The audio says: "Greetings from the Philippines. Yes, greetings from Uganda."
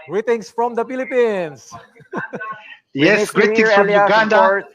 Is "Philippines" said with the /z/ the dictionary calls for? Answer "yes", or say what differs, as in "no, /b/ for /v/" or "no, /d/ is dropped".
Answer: no, /s/ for /z/